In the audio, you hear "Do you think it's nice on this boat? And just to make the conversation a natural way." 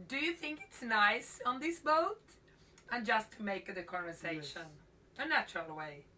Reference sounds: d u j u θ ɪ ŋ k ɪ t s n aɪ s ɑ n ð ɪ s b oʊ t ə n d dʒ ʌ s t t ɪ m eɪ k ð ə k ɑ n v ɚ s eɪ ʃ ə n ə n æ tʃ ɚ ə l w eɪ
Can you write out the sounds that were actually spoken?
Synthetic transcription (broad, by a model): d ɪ j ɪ θ ɪ ŋ k ɪ t s n aɪ s n ð ɪ s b oʊ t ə n dʒ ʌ s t t ɪ m eɪ k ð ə k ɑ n v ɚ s eɪ ʃ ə n ə n æ tʃ ɚ ə l w eɪ